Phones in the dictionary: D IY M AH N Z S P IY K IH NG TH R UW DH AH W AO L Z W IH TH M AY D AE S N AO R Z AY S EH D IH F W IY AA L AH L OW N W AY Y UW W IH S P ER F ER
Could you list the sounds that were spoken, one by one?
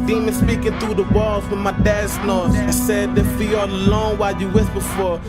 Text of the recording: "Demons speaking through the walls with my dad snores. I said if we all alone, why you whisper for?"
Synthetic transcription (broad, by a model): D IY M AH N S P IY K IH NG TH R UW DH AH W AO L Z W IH M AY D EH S N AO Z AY S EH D IH F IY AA L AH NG W AY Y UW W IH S B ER F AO